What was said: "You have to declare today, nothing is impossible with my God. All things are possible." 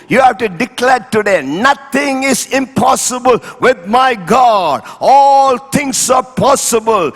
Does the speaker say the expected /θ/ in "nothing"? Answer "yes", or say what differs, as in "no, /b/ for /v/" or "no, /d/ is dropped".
no, /t/ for /θ/